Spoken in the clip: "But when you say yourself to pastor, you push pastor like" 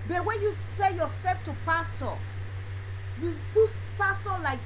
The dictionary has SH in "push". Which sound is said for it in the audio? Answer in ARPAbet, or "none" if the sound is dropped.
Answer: S